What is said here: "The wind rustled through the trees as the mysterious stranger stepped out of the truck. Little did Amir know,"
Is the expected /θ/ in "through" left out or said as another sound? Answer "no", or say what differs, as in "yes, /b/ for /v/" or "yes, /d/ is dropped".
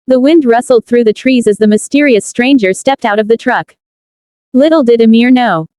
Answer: no